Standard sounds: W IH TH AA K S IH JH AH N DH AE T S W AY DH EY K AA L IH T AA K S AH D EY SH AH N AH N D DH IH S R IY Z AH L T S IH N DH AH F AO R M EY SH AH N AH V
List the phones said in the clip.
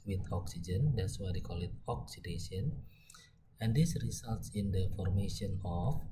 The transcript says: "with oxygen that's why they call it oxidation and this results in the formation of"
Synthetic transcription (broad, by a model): W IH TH AA K S IH JH AH N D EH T S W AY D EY K AA L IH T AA K S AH D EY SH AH N AH N D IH S R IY S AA L T S IH N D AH F AO R M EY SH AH N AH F